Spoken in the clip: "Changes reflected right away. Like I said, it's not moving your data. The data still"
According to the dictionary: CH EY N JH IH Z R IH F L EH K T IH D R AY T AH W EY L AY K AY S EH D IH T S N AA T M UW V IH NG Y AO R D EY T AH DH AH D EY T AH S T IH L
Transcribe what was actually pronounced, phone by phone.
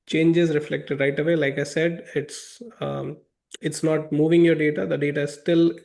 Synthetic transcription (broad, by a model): CH EY N JH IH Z R IH F L EH K T IH D R AY T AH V EY L AY K AY S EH D IH T S N AA T M UW V IH NG Y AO R D EY T AH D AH D EY T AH S T IH L